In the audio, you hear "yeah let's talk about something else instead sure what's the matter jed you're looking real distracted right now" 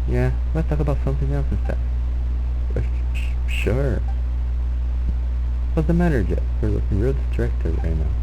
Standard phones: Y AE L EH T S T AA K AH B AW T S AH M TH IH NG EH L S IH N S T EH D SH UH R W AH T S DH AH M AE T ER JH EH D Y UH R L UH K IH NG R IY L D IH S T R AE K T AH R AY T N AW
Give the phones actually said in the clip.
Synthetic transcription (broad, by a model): Y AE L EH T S T AA K AH B AW T S AH M TH IH NG EH L S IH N S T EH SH SH UH R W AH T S DH AH M AE T ER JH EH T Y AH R L UH K IH NG R IY L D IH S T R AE K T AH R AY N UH